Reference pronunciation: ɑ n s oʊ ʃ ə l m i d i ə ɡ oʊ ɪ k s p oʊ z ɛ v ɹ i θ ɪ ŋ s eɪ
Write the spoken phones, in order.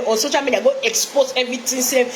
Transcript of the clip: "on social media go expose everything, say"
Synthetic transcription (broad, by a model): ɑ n s oʊ ʃ ə l m i d i ə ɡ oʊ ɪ k s p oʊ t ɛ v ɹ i t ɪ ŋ s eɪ